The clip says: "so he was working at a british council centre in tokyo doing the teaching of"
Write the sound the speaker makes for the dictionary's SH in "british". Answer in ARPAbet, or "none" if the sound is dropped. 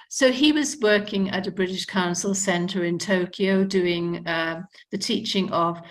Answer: SH